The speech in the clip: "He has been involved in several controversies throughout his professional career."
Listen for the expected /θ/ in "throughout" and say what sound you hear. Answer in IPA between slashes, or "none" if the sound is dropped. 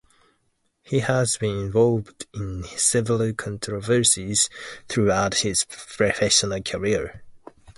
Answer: /θ/